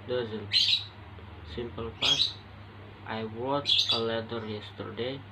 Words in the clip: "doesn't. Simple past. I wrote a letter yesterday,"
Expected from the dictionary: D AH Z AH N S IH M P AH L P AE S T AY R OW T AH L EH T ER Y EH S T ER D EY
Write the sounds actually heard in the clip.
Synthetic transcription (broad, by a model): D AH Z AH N S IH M P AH L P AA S T AY W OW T AH L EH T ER Y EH S T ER D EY